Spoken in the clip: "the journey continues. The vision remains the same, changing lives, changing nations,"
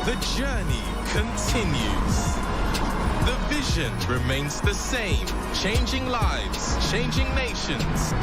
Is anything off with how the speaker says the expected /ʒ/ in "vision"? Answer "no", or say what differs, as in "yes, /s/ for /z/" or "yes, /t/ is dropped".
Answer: no